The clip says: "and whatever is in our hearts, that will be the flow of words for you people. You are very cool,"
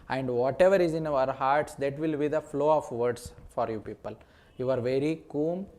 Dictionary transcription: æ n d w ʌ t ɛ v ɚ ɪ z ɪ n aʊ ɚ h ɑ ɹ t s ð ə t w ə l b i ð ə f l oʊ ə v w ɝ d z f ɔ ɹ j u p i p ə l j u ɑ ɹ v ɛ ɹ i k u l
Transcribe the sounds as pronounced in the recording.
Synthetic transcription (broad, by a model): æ n d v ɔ t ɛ v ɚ ɪ z ɪ n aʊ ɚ h ɑ ɹ t s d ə t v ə l b i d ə f l oʊ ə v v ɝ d s f ɔ ɹ j u p i p ə l j u ɑ ɹ v ɛ ɹ i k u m